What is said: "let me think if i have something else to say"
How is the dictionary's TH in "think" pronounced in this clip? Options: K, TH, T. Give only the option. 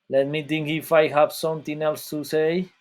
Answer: T